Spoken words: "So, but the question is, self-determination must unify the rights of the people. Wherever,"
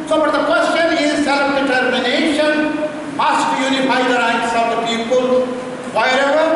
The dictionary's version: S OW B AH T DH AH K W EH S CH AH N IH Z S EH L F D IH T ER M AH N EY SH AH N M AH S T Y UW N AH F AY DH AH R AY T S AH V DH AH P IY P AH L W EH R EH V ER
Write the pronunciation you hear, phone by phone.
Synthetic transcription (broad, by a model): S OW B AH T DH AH K W EH S CH AH N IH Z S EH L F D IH T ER M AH N EY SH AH N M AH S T Y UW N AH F AY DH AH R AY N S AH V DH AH P IY P AH L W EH R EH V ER